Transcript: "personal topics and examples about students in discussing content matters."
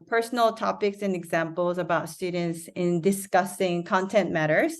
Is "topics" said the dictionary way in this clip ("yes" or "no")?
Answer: yes